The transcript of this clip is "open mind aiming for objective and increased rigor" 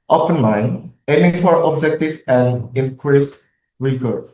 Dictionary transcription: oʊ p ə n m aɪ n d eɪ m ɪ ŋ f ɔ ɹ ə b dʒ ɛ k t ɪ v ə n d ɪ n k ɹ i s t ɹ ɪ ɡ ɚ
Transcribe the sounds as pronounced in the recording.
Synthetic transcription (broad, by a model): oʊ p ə n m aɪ n eɪ m ɪ ŋ f ɔ ɹ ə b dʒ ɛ k t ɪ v ə n d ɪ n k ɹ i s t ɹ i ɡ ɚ